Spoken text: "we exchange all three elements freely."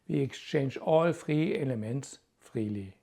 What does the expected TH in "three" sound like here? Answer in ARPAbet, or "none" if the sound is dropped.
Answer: F